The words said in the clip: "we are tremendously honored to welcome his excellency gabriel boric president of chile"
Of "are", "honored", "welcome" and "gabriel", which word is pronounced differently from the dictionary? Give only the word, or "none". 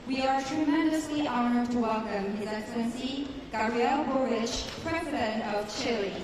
gabriel